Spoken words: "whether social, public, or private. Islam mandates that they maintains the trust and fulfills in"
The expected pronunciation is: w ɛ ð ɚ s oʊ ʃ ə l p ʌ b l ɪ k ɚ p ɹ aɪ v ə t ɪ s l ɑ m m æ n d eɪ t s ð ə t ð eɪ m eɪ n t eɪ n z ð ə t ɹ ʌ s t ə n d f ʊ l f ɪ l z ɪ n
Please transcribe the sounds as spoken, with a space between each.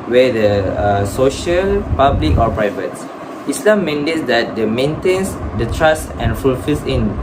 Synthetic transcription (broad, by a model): w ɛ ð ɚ s oʊ ʃ ə l p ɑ b l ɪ k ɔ p ɹ aɪ v ə t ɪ s l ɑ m m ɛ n d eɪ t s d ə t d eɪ m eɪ n t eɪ n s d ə t ɹ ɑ s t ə n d f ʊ l f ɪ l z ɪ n